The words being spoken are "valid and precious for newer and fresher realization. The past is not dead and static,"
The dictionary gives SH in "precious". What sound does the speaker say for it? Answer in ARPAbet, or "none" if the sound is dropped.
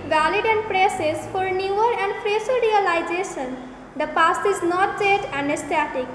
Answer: S